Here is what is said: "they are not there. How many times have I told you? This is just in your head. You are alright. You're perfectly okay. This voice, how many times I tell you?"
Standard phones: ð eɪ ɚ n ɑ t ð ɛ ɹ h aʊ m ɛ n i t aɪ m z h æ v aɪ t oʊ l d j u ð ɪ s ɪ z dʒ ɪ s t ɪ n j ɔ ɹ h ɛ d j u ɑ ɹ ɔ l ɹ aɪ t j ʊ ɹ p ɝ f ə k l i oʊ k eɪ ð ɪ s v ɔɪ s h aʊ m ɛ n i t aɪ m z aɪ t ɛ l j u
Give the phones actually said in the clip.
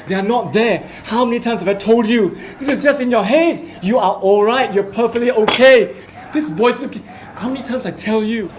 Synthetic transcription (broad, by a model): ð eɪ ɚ n ɑ t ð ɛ h aʊ m ɛ n i t aɪ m s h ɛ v aɪ t oʊ l d j u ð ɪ s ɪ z dʒ ɪ s t ɪ n j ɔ h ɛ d j u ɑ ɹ ɔ l ɹ aɪ t j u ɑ p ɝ f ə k l i oʊ k eɪ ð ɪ s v ɔɪ s h aʊ m ɛ n i t aɪ m s aɪ t ɛ l j u